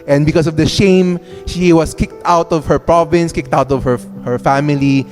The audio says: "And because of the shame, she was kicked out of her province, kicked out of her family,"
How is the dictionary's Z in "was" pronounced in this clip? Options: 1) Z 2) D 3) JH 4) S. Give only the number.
4